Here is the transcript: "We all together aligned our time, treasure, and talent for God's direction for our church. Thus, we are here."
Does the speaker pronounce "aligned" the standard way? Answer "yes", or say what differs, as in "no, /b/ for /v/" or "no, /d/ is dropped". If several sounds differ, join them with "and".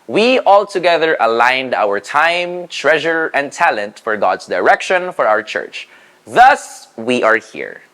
yes